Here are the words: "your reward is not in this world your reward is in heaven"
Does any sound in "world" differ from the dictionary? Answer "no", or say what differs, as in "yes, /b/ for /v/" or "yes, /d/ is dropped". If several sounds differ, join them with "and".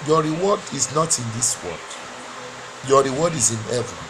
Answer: yes, /l/ is dropped